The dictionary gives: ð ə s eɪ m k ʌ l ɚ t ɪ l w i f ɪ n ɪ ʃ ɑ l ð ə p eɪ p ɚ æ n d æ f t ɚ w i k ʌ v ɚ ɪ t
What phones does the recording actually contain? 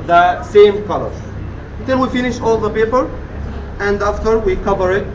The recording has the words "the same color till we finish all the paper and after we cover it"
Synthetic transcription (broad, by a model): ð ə s eɪ m k ʌ l ɚ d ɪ n w i f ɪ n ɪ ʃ ɑ l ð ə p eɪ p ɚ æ n d æ f t ɚ w i k ʌ v ɚ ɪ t